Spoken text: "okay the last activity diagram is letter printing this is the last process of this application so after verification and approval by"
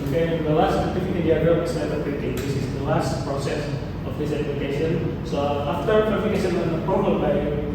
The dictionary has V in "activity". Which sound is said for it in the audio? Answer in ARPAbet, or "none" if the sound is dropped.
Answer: F